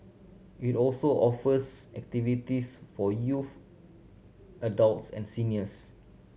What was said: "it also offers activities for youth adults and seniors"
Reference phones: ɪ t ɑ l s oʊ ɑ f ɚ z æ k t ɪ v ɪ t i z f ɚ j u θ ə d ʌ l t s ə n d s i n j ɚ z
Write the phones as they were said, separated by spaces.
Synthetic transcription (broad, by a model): ɪ t ɑ l s oʊ ɑ f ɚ s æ k t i v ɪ t i s f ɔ j u f ə d ʌ l t s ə n s i n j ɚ s